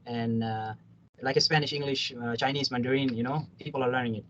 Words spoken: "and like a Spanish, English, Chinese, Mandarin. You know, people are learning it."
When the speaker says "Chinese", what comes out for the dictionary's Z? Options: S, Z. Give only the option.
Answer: S